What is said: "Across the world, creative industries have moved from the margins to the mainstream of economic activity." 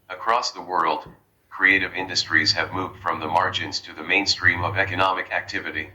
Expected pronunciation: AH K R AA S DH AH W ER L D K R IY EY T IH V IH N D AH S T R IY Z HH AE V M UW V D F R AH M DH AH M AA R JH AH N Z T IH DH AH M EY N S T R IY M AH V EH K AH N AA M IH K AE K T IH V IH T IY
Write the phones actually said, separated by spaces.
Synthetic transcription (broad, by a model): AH K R AA S DH AH W ER L D K R IY EY T IH V IH N D AH S T R IY Z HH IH V M UW V D F R AH M DH AH M AA R JH AH N Z T IH DH AH M EY N S T R IY M AH V EH K AH N AA M IH K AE K T IH V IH T IY